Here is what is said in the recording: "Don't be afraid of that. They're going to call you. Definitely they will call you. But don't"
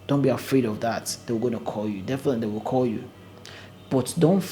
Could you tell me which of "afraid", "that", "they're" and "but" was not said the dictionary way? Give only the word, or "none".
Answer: they're